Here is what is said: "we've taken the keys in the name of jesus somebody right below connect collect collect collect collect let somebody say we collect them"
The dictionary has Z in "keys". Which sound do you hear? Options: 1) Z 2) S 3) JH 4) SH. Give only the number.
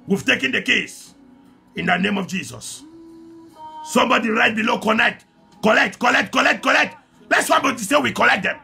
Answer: 2